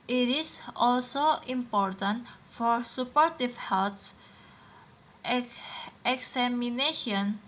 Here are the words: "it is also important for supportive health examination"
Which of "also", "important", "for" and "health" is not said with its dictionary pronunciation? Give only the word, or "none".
health